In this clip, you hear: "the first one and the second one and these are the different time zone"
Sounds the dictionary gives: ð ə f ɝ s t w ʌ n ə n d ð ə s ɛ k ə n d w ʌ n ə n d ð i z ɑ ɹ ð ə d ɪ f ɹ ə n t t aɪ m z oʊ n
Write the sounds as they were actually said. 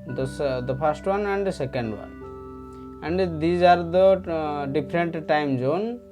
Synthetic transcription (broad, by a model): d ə p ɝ s t w ʌ n ə n d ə s ɛ k ə n d w ʌ n ə n d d i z ɑ ɹ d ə d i p ɹ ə n t t aɪ m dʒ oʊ n